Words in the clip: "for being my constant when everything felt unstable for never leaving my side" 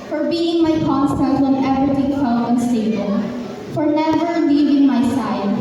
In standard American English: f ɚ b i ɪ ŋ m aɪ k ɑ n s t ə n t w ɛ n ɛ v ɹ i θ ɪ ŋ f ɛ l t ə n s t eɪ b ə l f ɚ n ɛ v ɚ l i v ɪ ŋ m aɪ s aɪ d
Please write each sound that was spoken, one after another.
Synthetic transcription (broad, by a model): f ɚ b i ɪ ŋ m aɪ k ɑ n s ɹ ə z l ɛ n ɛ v ɹ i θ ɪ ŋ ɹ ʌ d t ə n s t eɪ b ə n f ɚ n ɛ v ɚ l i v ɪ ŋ m aɪ s aɪ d